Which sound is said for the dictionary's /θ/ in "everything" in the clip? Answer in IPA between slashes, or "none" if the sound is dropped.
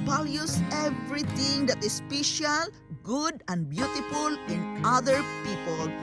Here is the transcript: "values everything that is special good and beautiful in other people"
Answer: /t/